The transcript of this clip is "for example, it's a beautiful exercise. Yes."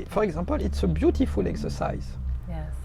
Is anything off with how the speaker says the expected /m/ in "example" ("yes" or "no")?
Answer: yes